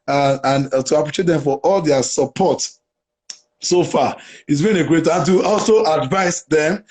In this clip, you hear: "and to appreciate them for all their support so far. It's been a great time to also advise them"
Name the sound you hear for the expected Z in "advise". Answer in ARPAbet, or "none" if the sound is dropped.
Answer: S